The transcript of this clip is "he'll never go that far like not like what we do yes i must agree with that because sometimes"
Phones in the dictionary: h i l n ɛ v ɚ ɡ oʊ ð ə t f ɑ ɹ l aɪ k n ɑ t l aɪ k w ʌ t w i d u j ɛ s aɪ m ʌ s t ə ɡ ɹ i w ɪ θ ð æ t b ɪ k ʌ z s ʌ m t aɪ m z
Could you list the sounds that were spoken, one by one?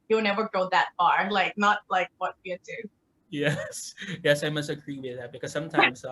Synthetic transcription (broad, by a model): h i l n ɛ v ɚ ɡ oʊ ð ə t f ɑ ɹ l aɪ k n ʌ t l aɪ k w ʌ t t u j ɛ j ɛ s aɪ m ʌ s t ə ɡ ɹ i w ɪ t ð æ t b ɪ k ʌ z s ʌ m t aɪ m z